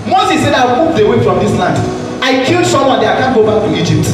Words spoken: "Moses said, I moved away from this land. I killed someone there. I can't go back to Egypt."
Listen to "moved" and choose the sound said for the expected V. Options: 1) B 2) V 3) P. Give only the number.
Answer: 3